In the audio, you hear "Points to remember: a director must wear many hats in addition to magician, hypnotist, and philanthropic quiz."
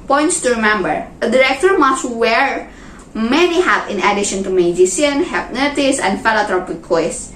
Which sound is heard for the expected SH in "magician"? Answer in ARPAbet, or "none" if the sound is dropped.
S